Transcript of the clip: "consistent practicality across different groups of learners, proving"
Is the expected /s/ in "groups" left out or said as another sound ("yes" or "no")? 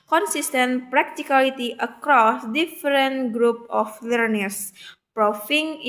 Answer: yes